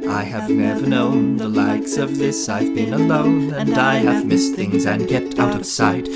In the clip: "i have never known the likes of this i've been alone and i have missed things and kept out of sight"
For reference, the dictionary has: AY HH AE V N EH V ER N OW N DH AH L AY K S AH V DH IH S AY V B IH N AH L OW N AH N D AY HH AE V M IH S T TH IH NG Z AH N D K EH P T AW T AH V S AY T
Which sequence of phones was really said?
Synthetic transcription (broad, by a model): AY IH V N EH V ER N OW N DH AH L AY K S AH V DH IH S AY V B IH N AH L OW N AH N AY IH V M IH S TH IH NG Z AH N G EH T AW T AH V S AY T